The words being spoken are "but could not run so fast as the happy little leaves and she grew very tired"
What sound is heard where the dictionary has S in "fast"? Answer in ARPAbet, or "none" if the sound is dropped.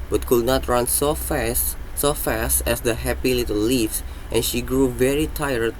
S